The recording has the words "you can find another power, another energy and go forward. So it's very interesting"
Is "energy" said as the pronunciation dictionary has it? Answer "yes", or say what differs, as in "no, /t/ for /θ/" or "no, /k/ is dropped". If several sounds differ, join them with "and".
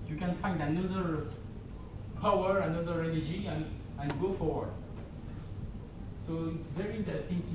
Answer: no, /l/ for /n/